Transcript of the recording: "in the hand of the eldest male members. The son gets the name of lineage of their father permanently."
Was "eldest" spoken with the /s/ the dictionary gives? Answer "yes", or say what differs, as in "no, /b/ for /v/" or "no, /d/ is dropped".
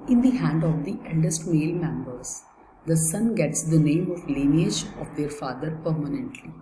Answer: yes